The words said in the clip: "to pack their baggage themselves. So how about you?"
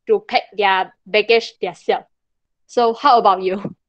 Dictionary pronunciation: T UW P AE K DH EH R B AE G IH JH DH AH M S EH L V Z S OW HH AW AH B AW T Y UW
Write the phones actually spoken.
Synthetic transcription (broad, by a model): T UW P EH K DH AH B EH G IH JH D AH S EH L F S OW HH AW AH B AW T Y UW